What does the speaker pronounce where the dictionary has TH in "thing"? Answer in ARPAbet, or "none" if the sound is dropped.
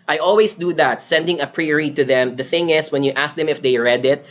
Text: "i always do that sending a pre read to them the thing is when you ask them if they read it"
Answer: TH